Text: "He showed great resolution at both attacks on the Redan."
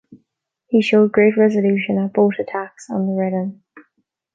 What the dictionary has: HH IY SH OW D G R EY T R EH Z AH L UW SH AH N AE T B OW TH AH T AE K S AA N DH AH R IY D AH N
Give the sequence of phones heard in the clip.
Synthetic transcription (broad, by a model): HH IY SH OW D G R EY T R EH Z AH L UW SH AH N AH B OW T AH T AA K S N DH AH R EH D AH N